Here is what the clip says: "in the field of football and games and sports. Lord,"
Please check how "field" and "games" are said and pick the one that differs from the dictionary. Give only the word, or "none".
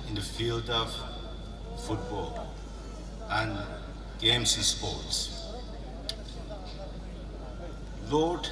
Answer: games